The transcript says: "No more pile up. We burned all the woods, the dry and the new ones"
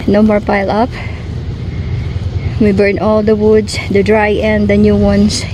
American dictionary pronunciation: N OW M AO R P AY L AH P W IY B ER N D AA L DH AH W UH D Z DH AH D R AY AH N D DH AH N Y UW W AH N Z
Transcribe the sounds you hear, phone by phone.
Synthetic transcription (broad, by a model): N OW M AO R P AY L AH P W IY B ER N AA L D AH W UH D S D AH D R AY AH N D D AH N Y UW W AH N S